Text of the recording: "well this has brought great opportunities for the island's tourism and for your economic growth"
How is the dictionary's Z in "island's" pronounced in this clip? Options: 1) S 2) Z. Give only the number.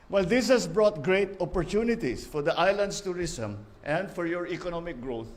1